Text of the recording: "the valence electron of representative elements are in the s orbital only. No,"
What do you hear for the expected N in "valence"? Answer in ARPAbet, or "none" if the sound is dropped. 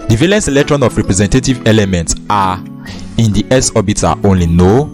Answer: N